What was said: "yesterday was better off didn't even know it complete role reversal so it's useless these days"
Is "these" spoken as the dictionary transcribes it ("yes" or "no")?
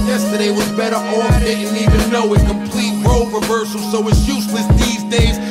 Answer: yes